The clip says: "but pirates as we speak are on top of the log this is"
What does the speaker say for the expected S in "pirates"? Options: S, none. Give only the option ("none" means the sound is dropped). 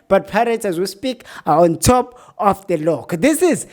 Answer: none